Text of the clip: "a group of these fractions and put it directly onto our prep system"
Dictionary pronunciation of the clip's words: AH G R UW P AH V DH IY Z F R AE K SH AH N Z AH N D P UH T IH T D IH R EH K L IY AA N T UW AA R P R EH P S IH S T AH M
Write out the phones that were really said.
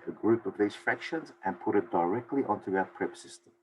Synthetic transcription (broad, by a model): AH G R UW P AH V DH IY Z F R AE K SH AH N Z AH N P UH T IH T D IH R EH K L IY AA N T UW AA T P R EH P S IH S T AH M